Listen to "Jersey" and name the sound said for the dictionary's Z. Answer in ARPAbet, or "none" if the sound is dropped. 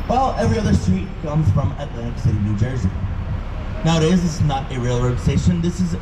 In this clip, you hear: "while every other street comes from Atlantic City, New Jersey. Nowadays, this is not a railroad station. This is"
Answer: Z